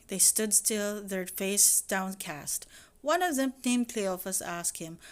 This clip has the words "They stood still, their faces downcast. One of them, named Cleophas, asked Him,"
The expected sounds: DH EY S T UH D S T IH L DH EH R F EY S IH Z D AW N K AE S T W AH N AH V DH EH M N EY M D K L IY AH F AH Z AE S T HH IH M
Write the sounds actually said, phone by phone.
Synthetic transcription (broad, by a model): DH EY S T UH D S T IH L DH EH R F EY IH S D AW N K AE S T W AH N AH V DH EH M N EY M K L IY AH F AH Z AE S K HH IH M